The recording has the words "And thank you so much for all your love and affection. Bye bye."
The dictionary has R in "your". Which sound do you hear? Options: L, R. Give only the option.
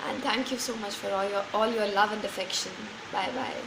L